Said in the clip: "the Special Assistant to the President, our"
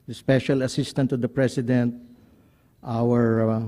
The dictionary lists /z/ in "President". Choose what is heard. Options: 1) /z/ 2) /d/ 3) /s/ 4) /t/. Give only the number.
3